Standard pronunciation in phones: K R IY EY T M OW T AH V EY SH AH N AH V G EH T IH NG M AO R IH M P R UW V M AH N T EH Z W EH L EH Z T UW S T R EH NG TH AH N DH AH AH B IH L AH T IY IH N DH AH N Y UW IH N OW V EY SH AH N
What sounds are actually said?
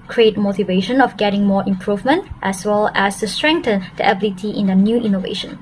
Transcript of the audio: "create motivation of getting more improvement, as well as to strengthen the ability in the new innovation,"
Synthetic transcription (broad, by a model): K R IY EY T M OW T AH V EY SH AH N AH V G EH T IH NG M AO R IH M P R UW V M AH N T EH S W EH L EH S T UW S T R EH NG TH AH N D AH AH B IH L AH T IY IH N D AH N Y UW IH N OW V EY SH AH N